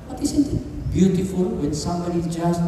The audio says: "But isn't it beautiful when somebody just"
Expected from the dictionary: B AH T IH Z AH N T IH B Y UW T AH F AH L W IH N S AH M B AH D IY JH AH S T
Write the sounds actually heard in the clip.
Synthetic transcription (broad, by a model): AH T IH S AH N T IH B Y UW T AH F AH L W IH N S AH M B AH D IY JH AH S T